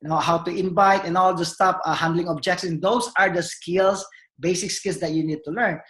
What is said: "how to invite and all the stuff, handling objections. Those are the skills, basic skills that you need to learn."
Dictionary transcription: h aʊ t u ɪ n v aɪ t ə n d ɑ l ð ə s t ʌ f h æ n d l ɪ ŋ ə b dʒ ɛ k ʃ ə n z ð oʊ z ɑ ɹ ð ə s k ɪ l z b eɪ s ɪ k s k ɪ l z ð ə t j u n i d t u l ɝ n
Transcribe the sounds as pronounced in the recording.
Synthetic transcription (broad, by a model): h aʊ t u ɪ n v aɪ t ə n ɑ l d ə s t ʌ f h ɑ n d l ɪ ŋ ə b dʒ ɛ k s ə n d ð oʊ s ɑ ɹ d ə s k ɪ l s b eɪ s ɪ k s k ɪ l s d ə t j u n i d t u l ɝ n